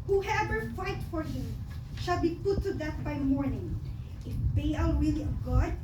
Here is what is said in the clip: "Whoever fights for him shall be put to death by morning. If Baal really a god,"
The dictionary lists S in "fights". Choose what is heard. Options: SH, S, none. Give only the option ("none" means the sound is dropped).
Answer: none